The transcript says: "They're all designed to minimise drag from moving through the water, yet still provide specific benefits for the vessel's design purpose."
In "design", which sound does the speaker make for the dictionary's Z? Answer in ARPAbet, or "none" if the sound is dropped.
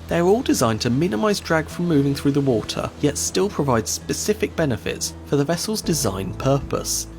Z